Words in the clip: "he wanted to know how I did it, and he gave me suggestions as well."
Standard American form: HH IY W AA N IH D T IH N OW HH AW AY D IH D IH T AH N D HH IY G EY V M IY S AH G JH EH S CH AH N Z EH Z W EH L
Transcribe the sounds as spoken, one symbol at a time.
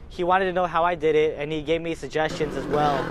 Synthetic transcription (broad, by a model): HH IY W AA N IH D T IH N OW HH AW AY D IH D IH T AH N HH IY G EY V M IY S AH G JH EH S CH AH N Z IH Z W EH L